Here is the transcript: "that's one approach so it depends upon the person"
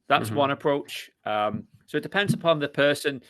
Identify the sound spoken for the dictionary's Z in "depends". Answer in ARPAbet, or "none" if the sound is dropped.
Z